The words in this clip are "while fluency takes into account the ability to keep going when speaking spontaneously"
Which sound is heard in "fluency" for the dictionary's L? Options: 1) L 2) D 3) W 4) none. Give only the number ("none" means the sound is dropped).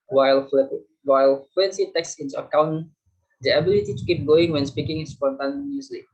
3